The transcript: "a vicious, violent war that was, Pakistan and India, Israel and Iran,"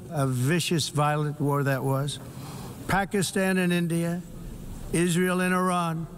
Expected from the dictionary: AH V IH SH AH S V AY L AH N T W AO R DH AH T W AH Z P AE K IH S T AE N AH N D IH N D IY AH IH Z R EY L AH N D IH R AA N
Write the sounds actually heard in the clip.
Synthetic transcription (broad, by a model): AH V IH SH AH S V AY L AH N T W AO R DH AH T W AH Z P AE K IH S T AE N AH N IH N D IY AH IH Z R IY L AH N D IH R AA N